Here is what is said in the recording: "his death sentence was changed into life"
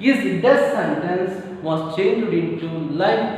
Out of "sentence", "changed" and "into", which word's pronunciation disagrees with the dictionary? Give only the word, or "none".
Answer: none